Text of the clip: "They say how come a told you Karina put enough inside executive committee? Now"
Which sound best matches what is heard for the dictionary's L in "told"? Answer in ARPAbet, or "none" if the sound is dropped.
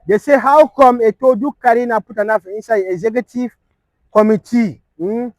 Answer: none